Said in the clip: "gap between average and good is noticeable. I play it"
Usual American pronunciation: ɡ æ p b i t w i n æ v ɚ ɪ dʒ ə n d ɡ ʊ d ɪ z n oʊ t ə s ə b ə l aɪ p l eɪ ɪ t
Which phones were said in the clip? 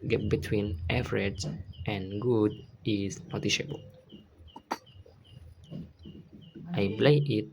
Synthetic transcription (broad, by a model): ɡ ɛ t b i t w i n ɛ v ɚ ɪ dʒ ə n ɡ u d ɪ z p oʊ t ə ʃ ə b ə l aɪ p l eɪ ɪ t